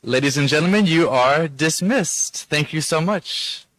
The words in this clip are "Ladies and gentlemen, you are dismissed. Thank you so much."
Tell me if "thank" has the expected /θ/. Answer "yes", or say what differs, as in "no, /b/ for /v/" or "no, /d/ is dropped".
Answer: yes